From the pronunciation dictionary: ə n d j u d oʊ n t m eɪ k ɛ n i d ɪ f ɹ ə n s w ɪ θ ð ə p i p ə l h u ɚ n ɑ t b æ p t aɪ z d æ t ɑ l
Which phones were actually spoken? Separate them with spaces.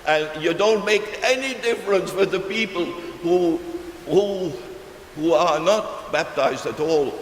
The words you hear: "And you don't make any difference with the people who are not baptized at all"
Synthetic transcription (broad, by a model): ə n j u d oʊ n t m eɪ k ɛ n i d ɪ f ɹ ə n s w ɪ ð ə p i p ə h h u ɚ n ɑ t b æ p t aɪ z d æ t ɑ l